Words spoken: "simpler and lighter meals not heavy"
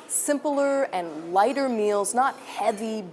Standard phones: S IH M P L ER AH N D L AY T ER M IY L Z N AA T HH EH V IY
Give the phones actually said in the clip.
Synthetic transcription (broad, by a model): S IH M P L ER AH N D L AY T ER M IY L Z N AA T HH EH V IY